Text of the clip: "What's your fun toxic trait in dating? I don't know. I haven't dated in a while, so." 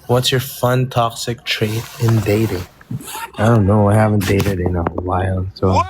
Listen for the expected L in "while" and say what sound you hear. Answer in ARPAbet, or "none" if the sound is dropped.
N